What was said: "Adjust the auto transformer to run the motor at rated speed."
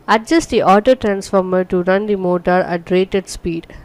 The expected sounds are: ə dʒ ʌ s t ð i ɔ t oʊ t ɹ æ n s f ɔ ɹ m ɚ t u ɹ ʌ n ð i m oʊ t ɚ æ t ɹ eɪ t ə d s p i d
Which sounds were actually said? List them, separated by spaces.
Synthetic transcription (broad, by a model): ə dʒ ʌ s t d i ɔ t oʊ t ɹ æ n s f ɔ ɹ m ɚ t u ɹ ʌ n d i m oʊ t ɚ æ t ɹ eɪ t ə d s p i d